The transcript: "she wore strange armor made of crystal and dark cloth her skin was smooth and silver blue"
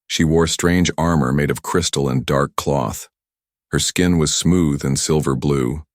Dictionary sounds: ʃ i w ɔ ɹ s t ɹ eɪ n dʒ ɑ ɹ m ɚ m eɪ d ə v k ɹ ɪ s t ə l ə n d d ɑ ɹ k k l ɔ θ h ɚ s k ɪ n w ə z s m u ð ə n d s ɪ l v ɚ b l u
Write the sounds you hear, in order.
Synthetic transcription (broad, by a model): ʃ i w ɔ ɹ s t ɹ eɪ n dʒ ɑ ɹ m ɚ m eɪ d ə v k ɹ ɪ s t l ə n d d ɑ ɹ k k l ɔ θ h ɚ s k ɪ n w ə z s m u ð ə n s ɪ l v ɚ b l u